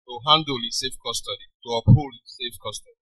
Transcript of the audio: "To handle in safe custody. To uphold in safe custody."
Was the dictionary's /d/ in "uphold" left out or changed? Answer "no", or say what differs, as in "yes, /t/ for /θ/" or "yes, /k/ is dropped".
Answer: yes, /d/ is dropped